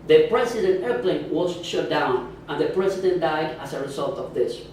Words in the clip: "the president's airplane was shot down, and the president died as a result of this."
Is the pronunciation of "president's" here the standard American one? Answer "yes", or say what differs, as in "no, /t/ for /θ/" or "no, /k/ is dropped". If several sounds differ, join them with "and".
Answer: no, /s/ is dropped